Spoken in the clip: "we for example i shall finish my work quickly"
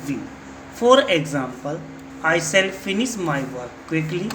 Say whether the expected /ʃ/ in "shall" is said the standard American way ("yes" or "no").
no